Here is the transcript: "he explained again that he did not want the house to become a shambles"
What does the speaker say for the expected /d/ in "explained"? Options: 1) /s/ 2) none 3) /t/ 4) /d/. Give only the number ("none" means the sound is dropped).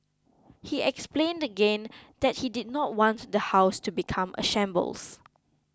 4